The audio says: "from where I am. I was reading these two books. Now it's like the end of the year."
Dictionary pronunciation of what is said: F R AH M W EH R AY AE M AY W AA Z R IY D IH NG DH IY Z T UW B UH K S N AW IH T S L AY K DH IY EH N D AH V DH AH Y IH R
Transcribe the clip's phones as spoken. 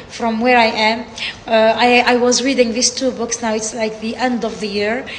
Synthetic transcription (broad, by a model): F R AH M W EH R AY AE M AY W AA Z R IY D IH NG DH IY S T UW B UH K S N AW IH T S L AY K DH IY EH N D AH V DH AH Y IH R